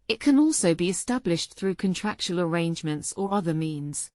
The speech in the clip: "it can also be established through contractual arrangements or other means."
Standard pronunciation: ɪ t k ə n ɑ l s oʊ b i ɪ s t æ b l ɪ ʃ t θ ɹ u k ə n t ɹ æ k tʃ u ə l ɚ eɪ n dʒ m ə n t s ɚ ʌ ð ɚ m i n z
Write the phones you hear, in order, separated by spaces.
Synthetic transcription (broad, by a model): ɪ t k ə n ɑ l s oʊ b i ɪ s t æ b l ɪ ʃ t θ ɹ u k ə n t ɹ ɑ k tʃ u ə l ɚ eɪ n dʒ m ə n t s ɚ ʌ ð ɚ m i n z